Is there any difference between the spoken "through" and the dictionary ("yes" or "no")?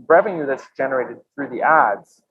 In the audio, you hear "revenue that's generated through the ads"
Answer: no